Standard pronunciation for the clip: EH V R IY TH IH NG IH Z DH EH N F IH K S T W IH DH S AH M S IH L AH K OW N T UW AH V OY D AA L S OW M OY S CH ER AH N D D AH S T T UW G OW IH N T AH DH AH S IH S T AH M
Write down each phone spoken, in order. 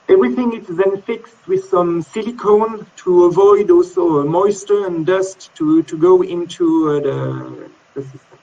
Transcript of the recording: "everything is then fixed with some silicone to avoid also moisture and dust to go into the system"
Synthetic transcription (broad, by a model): EH V R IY TH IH NG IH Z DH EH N F IH K S T W IH DH S AH M S IH L AH K OW N T UW AH V OY D AA L S OW M OY S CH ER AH N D D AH S T T UW G OW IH N T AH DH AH S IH S T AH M